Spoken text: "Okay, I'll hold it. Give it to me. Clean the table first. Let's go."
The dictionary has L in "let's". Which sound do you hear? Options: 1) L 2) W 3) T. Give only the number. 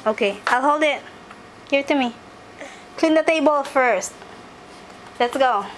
1